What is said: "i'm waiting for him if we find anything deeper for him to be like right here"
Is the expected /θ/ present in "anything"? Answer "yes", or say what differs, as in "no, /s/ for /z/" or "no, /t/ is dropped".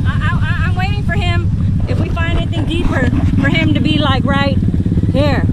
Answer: yes